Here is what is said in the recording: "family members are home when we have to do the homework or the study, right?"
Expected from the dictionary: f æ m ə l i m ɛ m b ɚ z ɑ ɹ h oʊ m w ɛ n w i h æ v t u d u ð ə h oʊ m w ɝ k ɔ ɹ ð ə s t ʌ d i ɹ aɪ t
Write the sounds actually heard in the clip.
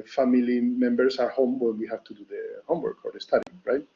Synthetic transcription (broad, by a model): f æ m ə l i m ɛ m b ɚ s ɑ ɹ h oʊ m w ɛ n w i h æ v t u d u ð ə h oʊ m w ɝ k ɔ ɹ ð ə s t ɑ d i ɹ aɪ t